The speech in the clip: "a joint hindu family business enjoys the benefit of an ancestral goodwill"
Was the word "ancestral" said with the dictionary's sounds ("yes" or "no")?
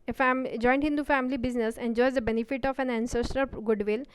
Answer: no